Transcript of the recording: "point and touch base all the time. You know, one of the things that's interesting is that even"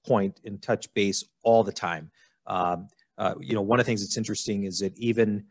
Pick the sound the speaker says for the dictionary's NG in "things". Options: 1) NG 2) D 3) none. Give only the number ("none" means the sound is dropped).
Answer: 1